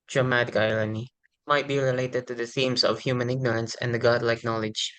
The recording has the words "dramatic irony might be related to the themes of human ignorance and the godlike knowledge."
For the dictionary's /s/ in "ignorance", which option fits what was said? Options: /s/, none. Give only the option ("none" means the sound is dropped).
/s/